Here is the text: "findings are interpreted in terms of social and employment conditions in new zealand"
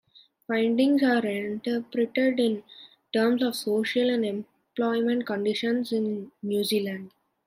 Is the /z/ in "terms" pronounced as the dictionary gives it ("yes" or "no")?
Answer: no